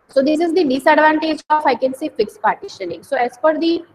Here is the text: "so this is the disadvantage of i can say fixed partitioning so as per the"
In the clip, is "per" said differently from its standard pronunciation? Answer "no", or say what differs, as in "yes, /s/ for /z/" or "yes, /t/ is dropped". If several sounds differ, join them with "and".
yes, /f/ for /p/